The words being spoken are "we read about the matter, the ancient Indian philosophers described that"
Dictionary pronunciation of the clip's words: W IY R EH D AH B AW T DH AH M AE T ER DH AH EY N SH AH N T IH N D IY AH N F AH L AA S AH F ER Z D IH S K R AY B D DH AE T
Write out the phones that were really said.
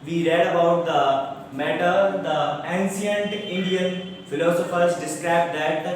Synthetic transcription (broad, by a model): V IY R EH D AH B AW T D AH M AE T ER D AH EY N S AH N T IH N D IY AH N F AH L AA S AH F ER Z D IH S K R AY B D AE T